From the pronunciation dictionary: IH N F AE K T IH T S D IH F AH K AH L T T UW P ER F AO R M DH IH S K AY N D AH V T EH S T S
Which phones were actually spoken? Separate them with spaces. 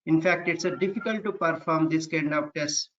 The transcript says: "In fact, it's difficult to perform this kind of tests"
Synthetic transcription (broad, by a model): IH N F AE K T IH T S D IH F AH K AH L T T UW P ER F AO R M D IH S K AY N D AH P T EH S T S